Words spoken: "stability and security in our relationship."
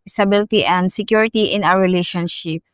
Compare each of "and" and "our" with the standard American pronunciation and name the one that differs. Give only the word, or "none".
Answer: our